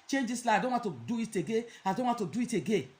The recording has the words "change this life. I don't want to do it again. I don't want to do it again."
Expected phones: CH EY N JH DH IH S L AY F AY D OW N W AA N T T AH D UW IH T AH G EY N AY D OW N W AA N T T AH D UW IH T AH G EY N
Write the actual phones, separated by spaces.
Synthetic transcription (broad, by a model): CH EY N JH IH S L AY AY D OW N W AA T T AH D UW IH T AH G EY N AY D OW N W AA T T AH D UW IH T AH G EY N